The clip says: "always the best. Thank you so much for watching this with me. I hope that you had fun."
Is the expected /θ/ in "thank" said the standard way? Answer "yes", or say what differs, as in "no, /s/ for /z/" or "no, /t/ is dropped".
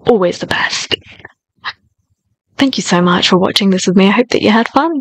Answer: yes